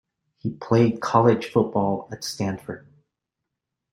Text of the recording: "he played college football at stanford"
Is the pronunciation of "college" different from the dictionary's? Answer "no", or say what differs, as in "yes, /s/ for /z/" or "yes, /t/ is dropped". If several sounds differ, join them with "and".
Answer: yes, /ʒ/ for /dʒ/